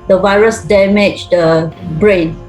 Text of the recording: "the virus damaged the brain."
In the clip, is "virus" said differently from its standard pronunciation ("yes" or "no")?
no